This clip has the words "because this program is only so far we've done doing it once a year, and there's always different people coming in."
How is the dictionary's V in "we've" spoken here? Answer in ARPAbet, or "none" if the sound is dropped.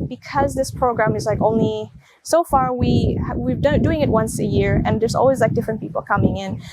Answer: W